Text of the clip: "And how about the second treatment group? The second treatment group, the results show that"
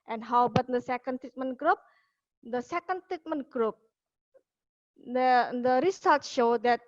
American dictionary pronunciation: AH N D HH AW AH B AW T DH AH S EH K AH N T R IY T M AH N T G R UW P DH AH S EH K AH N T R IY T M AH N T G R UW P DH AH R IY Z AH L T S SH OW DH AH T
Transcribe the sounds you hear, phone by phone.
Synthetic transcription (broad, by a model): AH N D HH AW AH B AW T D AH S EH K AH N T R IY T M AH N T G R UW P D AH S EH K AH N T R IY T M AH N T G R UW P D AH R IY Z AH L T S SH OW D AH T